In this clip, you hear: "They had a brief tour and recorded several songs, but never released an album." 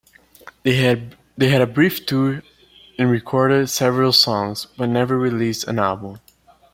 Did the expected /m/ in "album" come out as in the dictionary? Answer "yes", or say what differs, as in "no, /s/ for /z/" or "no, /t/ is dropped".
yes